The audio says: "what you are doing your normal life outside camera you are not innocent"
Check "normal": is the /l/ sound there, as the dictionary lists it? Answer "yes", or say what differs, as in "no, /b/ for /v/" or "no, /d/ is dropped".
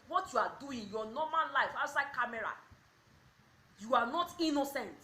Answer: no, /n/ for /l/